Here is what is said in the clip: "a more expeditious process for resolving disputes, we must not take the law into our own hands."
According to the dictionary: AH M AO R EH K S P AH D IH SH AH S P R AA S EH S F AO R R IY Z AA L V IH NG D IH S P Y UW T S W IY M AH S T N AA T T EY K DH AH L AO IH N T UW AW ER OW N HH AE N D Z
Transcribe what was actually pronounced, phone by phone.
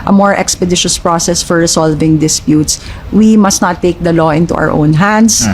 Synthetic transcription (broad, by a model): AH M AO R EH K S P AH D IH SH AH S P R AA S EH S F AO R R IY S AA L V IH NG D IH S P Y UW T S W IY M AH S T N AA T T EY K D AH L AO IH N T UW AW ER OW N HH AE N D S